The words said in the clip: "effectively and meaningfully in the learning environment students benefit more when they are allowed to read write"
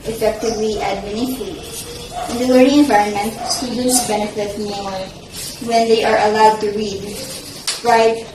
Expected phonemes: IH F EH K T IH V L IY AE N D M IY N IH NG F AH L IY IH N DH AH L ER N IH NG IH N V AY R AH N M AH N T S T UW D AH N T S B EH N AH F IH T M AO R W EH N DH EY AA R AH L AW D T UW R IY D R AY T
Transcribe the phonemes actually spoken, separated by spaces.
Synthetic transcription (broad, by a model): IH F EH K T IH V L IY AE D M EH N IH F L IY IH N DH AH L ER IH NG IH N V AY R AH N M AH N T S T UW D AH N T S B EH N AH F IH T M AO R W EH N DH EY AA R AH L AW D T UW R IY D R AY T